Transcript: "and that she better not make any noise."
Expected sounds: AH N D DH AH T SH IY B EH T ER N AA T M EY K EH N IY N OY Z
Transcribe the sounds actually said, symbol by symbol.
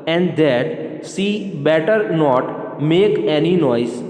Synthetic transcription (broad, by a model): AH N D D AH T S IY B EH T ER N AA T M EY K EH N IY N OY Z